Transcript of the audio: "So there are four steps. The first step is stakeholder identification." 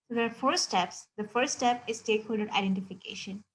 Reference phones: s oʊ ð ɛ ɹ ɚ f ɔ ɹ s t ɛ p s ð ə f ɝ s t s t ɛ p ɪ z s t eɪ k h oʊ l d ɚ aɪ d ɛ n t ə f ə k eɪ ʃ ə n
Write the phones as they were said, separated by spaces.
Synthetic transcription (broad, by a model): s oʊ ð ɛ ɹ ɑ f ɔ ɹ s t ɛ p s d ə f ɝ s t s t ɛ p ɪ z s t eɪ k h oʊ l d ɚ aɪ d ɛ n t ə f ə k eɪ ʃ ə n